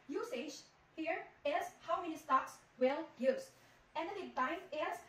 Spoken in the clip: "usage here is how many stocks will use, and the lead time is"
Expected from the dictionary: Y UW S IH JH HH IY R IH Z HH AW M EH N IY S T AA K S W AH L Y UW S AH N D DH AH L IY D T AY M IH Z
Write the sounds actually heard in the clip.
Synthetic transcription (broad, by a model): Y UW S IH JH HH IY R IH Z HH AW M EH N IY S T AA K S W AH L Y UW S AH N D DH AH N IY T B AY IH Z